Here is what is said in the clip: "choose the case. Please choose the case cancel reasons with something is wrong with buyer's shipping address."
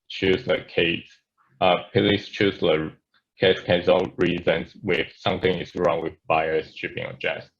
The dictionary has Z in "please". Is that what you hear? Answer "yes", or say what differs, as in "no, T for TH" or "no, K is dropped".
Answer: no, S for Z